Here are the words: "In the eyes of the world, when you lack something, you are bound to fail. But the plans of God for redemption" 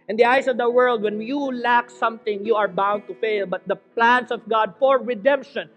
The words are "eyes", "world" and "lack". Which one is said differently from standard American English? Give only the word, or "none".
eyes